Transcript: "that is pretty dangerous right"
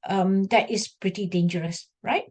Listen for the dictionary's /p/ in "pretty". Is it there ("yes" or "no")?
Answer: yes